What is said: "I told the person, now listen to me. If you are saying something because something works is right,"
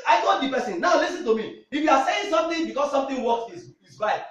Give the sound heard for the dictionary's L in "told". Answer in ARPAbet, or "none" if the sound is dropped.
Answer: none